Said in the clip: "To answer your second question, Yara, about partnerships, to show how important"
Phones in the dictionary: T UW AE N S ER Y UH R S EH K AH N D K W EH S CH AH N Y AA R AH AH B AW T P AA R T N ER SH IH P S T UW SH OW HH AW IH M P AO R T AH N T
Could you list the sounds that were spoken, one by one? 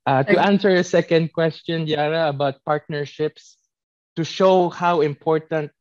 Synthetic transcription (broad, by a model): T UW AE N S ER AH S EH K AH N D K W EH S CH AH N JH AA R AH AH B AW T P AA R T N ER SH IH P S T UW SH OW HH AW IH M P AO R T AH N T